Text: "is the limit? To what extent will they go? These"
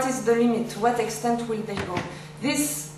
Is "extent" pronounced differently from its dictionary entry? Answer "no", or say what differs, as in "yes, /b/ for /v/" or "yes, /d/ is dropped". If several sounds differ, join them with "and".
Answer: no